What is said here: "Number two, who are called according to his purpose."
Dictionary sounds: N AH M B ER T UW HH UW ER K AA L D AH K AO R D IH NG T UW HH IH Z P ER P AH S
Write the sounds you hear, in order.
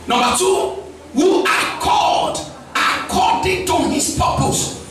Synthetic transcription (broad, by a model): N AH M B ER T UW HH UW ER K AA D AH K AO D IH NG T UW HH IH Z P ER P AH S